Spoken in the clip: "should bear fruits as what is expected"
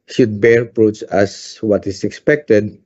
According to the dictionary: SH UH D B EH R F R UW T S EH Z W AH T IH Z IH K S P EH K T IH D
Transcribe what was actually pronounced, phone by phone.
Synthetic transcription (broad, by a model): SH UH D B EH R P R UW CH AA S W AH T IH S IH K S P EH K T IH D